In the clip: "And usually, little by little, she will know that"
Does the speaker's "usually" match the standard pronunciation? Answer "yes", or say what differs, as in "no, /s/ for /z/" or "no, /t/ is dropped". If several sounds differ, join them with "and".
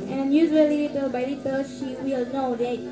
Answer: no, /l/ is dropped